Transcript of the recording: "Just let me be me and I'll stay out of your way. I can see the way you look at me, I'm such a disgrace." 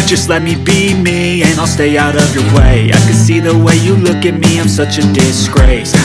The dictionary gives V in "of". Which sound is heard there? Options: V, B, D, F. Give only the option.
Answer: V